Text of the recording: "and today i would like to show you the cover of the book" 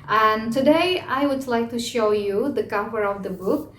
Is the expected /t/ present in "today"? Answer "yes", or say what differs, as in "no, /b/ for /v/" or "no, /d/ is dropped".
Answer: yes